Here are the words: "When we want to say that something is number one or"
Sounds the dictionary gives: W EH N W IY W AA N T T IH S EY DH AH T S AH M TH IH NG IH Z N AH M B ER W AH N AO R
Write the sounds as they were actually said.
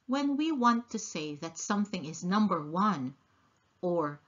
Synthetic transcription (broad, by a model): W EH N W IY W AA N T T IH S EY DH AH T S AH M TH IH NG IH Z N AH M B ER W AH N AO R